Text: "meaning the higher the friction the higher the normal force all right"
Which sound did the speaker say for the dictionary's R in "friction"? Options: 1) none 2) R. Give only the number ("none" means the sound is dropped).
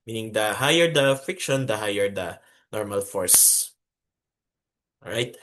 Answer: 1